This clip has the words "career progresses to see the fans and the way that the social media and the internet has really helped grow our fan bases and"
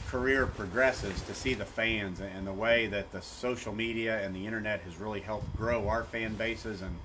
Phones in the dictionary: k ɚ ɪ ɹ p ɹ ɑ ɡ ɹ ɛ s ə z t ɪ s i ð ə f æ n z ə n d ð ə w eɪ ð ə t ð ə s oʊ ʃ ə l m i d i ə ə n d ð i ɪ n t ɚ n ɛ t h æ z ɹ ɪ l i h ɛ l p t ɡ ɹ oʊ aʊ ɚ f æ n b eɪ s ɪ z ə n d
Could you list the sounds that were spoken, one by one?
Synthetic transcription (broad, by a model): k ɚ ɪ ɹ p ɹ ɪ ɡ ɹ ɛ s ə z t ɪ s i ð ə f æ n z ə n ð ə w eɪ ð ə t ð ə s oʊ ʃ l m i d i ə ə n ð i ɪ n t ɚ n ɛ t h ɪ z ɹ ɪ l i h ɛ l p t ɡ ɹ oʊ aʊ ɚ f æ n b eɪ s ɪ z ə n